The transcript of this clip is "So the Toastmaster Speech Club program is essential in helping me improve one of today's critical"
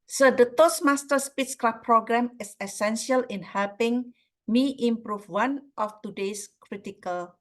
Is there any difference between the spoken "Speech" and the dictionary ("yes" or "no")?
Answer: yes